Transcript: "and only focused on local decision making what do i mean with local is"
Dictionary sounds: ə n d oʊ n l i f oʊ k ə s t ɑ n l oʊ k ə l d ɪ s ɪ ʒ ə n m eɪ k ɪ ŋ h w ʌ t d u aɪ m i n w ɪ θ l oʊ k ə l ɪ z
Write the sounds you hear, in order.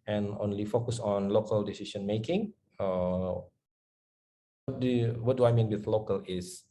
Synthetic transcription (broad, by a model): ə n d oʊ n l i f oʊ k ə s ɑ n l oʊ k ə l d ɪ s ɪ ʃ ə n m eɪ k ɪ ŋ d w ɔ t d u aɪ m i n w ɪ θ l oʊ k ə l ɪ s